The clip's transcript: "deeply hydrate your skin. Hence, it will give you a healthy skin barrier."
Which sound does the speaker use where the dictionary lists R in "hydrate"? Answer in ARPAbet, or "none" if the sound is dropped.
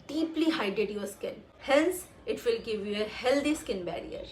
none